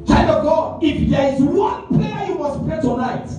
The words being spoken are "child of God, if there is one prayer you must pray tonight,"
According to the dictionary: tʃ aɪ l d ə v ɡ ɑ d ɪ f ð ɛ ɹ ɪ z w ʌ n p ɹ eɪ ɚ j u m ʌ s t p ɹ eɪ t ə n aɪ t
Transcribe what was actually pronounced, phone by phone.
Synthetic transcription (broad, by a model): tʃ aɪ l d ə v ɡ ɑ ɪ f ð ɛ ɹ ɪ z w ʌ n p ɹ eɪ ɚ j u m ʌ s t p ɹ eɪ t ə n aɪ t